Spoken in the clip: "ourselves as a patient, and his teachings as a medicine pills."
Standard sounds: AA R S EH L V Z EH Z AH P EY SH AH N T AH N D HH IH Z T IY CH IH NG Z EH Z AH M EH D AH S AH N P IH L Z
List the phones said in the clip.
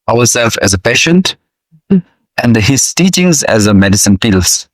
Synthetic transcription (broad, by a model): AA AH S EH L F EH Z AH P EY SH AH N T AH N D HH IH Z T IY CH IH NG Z EH Z AH M EH D AH S AH N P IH L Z